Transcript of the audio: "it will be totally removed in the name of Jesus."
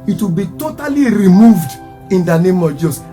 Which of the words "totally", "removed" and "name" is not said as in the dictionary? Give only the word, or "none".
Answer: none